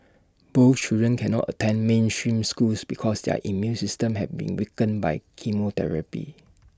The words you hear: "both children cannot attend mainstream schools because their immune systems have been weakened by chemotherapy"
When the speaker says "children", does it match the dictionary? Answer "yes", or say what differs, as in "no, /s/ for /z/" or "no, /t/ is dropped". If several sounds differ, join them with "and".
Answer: no, /l/ is dropped